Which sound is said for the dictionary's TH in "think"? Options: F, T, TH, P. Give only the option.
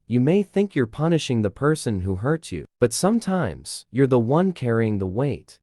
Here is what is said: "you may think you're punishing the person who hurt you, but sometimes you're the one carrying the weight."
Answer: TH